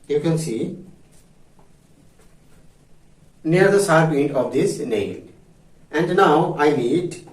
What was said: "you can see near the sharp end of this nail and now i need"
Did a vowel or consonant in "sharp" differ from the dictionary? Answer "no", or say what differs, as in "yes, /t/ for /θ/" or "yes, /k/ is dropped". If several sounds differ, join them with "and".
yes, /s/ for /ʃ/